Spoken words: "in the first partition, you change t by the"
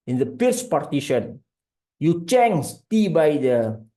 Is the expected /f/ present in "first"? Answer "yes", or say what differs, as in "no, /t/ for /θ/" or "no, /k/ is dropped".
no, /p/ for /f/